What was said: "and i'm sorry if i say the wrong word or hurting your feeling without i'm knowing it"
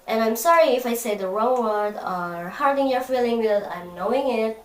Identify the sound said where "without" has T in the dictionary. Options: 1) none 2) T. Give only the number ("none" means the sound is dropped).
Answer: 1